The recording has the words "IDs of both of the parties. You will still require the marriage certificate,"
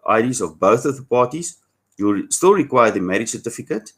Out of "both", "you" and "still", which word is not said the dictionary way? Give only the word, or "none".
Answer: none